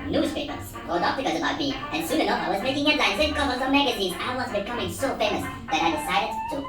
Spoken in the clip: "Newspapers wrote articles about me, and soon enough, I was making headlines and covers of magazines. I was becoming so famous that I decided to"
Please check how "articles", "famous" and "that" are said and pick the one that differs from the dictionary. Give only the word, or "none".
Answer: articles